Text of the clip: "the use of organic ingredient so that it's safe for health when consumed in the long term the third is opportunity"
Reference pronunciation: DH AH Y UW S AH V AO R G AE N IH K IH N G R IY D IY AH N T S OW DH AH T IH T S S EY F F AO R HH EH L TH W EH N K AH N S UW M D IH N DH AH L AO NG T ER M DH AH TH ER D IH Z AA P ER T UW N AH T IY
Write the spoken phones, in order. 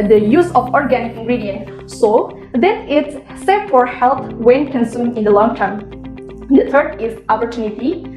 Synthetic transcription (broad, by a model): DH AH Y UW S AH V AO R G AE N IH K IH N G R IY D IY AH N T S OW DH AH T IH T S S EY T F AO R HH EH L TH W EH N K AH N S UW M IH N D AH L AO NG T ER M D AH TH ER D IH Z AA P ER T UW N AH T IY